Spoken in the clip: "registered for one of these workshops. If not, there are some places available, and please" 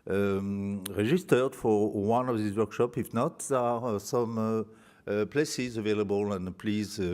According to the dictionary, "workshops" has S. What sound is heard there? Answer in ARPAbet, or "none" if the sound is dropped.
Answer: none